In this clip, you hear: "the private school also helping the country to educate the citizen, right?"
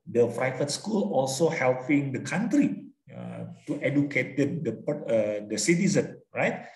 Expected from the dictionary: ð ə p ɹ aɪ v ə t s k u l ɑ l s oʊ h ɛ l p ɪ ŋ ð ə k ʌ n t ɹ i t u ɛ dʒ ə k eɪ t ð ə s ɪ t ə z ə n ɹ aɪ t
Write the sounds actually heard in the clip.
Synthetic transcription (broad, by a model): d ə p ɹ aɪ f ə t s k u l ɑ l s oʊ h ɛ l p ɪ ŋ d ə k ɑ n t ɹ i t u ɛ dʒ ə k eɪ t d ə s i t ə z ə n ɹ aɪ t